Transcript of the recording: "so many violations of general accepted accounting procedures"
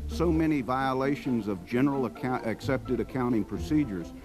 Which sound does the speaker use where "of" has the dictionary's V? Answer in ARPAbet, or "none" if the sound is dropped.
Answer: V